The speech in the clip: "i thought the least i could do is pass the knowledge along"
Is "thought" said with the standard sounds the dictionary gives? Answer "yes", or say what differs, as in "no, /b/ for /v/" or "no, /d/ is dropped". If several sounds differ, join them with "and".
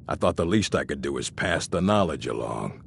yes